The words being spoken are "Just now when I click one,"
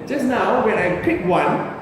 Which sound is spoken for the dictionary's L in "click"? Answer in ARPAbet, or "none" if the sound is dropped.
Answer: none